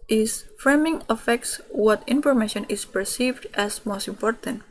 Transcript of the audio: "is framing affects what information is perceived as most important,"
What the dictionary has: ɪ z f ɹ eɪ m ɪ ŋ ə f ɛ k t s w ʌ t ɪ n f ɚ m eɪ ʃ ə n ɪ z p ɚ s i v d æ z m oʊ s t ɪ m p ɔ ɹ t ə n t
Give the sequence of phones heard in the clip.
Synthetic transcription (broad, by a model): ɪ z f ɹ eɪ m ɪ ŋ ə f ɛ k t s w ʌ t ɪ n f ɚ m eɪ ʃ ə n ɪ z p ɚ s i v d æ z m oʊ s t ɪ m p ɔ ɹ t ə n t